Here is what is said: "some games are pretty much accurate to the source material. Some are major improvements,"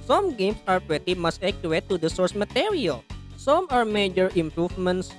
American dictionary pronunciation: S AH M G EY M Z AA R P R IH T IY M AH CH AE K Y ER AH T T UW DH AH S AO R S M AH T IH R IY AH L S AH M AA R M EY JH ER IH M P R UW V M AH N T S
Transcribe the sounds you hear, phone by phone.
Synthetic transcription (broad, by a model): S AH M G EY M S AA R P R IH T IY M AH S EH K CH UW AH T T UW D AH S AO R S M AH T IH R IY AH L S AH M AA R M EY JH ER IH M P R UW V M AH N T S